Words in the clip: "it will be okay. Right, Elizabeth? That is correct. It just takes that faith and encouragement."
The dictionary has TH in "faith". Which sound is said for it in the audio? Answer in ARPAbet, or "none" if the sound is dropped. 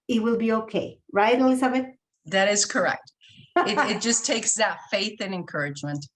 TH